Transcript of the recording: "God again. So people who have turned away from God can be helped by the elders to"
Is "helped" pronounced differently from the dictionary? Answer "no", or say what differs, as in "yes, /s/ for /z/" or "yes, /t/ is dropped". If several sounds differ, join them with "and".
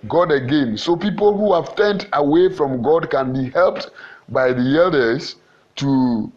no